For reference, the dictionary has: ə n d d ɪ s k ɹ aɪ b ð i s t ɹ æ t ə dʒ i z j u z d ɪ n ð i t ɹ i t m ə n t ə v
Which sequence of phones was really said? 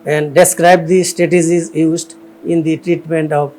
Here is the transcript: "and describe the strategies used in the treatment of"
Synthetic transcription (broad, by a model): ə n d d ɪ s k ɹ aɪ b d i s t ɛ t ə z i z j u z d ɪ n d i t ɹ i t m ə n t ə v